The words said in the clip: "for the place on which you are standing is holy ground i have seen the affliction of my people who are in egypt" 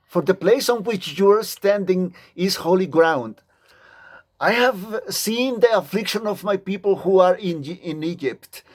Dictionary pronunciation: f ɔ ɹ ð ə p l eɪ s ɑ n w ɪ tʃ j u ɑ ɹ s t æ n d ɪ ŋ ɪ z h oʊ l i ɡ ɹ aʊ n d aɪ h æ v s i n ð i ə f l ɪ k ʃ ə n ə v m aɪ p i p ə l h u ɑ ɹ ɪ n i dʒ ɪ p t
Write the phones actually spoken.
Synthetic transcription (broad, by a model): f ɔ ɹ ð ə p l eɪ s ɑ n w ɪ tʃ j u ɑ ɹ s t æ n d ɪ ŋ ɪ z h oʊ l i ɡ ɹ aʊ n d aɪ h æ v s i n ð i ə f l ɪ k ʃ ə n ə v m aɪ p i p ə l h u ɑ ɹ ɪ n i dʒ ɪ p t